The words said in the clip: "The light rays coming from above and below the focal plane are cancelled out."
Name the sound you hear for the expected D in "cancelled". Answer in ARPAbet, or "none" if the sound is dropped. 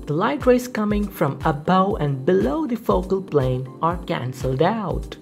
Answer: D